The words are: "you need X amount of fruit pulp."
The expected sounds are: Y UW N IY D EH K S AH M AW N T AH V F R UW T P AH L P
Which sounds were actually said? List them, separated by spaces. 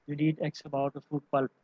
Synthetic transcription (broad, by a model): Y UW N IY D EH K S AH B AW T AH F UW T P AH L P